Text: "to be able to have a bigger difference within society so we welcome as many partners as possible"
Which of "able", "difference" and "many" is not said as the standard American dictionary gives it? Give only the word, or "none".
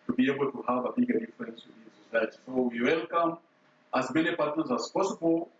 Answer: difference